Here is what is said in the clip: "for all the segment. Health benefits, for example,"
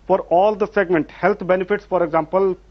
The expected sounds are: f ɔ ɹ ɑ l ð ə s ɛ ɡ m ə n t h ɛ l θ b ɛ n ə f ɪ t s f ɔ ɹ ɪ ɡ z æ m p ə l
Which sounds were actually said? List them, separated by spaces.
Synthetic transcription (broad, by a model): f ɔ ɹ ɑ l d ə s ɛ ɡ m ə n t h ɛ l t b ɛ n ə f ɪ t s f ɔ ɹ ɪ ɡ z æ m p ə l